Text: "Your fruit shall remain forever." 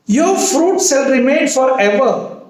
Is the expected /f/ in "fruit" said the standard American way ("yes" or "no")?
yes